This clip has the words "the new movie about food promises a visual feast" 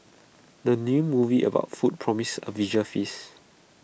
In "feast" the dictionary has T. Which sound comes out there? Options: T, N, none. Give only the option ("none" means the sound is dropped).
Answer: none